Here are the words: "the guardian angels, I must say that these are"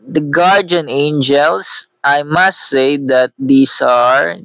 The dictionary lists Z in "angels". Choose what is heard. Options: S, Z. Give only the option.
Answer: S